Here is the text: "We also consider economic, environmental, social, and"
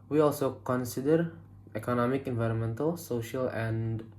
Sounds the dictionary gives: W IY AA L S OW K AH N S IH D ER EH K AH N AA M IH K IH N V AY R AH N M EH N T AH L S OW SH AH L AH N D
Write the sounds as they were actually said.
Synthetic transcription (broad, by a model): W IY AA L S OW K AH N S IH D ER EH K AH N AA M IH K IH N V AY R AH N M EH N T AH L S OW SH AH L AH N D